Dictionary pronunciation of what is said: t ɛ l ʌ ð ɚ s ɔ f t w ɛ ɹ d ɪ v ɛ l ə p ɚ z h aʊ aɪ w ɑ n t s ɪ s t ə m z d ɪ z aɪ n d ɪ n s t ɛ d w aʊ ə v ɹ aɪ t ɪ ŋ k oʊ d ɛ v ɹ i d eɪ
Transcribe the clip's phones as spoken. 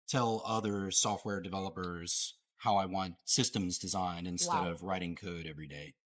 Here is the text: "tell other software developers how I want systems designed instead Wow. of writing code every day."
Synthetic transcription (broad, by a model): t ɛ l ʌ ð ɚ s ɔ f t w ɛ ɹ d ɪ v ɛ l ə p ɚ z h aʊ aɪ w ɑ n t s ɪ s t ə m z d ɪ z aɪ n d ɪ n s t ɛ d ə v ɹ aɪ t ɪ ŋ k oʊ d ɛ v ɹ i d eɪ